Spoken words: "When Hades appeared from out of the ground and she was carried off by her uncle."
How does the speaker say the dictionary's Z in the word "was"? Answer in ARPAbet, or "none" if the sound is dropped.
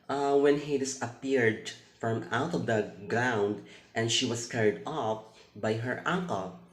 S